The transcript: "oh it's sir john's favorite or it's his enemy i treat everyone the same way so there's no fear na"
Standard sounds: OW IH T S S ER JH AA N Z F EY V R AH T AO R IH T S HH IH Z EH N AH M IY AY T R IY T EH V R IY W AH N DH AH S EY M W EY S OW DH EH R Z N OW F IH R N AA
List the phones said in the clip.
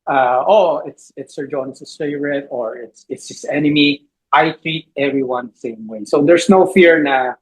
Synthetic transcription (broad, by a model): OW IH T S S ER JH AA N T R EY R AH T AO R IH T S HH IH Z EH N AH M IY AY T R IY T EH V R IY W AH N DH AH S EY M W EY S OW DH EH R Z N OW F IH R N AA